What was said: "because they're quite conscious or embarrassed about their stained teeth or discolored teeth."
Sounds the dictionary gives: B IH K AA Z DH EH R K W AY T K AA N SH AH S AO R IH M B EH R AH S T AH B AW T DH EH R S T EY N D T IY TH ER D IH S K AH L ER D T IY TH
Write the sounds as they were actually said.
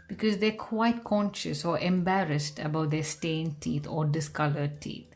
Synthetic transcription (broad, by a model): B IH K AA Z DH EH K W AY T K AA N SH AH S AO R IH M B EH R AH S T AH B AW T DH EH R S T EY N T IY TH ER D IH S K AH L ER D T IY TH